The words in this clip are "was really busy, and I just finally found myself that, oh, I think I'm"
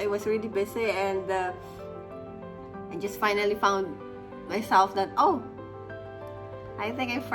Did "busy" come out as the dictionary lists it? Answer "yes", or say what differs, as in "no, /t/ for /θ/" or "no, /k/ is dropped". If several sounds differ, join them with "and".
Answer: no, /s/ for /z/